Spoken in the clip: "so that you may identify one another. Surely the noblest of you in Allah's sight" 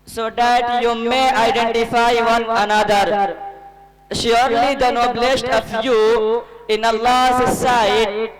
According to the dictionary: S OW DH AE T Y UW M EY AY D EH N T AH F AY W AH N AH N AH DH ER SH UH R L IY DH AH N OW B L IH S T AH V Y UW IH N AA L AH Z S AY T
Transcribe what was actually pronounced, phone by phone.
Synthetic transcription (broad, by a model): S OW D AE T Y UW M EY AY D EH N T AH F AY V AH N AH N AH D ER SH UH R L IY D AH N OW B L IH S T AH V Y UW IH N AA L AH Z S AY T